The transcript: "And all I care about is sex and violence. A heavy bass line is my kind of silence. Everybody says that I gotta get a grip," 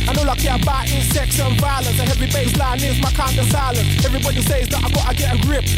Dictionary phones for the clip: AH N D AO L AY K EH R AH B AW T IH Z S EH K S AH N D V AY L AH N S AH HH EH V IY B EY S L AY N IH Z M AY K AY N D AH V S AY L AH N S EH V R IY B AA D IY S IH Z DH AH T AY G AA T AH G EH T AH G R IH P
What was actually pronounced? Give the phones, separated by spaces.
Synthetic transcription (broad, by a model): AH N AO L AY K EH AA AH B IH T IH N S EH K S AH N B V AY L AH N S AH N EH V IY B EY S L AY N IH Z M AY K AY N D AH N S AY L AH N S EH V R IY B AA D IY S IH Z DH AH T AY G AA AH G EH T AH G R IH P